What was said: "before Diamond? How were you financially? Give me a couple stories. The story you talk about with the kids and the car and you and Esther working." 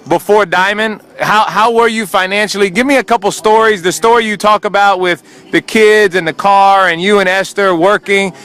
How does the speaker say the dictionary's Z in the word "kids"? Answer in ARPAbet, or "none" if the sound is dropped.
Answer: Z